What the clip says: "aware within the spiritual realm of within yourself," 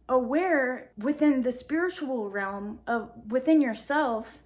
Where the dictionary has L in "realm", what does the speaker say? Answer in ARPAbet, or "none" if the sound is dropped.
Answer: L